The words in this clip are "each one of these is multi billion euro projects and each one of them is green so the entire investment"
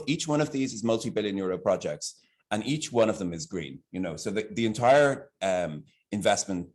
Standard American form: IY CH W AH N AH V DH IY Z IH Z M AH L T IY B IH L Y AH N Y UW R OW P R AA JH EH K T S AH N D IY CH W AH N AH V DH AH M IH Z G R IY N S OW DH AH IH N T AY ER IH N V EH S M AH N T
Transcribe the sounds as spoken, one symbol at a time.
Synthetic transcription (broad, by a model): IY CH W AH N AH V DH IY Z IH Z M AH L T IY B IH L Y AH N Y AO R OW P R AA JH EH K T S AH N IY CH W AH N AH V DH AH M IH Z G R IY N S OW DH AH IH N T AY ER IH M V EH S M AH N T